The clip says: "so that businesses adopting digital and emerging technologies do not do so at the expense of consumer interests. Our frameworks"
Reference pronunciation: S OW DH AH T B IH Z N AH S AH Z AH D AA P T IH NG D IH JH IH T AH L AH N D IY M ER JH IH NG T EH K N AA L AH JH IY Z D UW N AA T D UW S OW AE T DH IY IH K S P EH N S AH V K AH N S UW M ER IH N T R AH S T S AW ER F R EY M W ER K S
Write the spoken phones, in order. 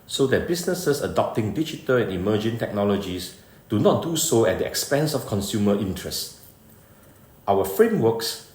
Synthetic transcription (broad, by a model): S OW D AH T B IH S N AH S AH S AH D AA P T IH NG D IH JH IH T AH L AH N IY M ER JH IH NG T EH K N AA L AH JH IY S D UW N AA T D UW S OW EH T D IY IH K S P EH N S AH F K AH N S UW M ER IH N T R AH S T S AW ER F R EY M W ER K S